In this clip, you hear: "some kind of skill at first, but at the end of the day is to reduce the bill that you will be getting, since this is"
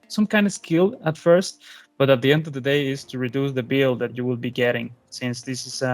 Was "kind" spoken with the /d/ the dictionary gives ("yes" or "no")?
yes